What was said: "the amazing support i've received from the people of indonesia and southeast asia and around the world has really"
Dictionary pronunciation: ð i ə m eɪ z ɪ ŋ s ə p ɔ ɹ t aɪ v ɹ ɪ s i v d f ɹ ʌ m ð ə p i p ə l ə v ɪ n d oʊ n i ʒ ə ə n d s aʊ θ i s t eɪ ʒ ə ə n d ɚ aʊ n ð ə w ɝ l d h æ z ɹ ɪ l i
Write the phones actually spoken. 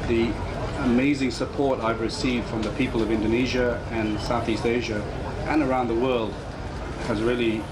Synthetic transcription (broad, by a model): ð i ə m eɪ z ɪ ŋ s ə p ɔ ɹ t aɪ v ɹ ɪ s i v d f ɹ ʌ m ð ə p i p l ə v ɪ n d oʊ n i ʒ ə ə n s aʊ θ i s t eɪ ʒ ə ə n ɚ aʊ n ð ə w ɝ l d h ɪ z ɹ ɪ l i